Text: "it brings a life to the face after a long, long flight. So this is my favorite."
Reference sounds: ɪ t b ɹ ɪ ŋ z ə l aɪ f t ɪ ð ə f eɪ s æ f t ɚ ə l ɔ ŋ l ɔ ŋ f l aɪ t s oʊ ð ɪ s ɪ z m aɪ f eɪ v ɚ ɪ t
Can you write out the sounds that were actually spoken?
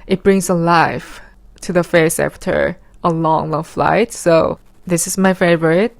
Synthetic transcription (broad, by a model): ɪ t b ɹ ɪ ŋ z ə l aɪ f t ɪ ð ə f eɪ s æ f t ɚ ə l ɔ ŋ l ɔ ŋ f l aɪ t s oʊ ð ɪ s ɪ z m aɪ f eɪ v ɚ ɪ t